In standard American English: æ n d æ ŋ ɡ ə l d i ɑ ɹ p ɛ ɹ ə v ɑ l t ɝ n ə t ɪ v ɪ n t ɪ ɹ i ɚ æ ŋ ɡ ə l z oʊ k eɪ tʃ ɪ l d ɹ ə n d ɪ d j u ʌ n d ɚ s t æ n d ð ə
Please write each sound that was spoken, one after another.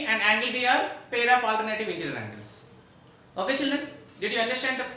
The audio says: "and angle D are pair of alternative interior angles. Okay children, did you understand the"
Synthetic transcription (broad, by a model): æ n d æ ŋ ɡ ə l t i ɑ ɹ p ɛ ɹ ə p ɑ l t ɝ n ə t ɪ v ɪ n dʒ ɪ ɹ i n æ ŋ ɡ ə l s oʊ k eɪ tʃ ɪ l d ɹ ə n d ɪ d j u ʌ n d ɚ s t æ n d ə